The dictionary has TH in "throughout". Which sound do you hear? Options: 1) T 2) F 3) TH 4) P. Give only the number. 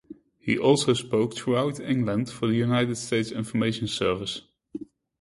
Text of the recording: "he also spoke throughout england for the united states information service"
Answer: 1